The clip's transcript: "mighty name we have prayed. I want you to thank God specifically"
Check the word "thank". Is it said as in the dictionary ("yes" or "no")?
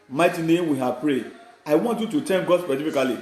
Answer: no